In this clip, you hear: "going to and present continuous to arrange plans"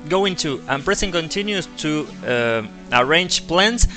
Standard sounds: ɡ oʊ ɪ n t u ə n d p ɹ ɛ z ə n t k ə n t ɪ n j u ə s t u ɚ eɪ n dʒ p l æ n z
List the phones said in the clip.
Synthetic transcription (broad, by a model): ɡ oʊ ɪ n t u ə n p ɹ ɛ s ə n k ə n t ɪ n j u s t u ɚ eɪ n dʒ p l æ n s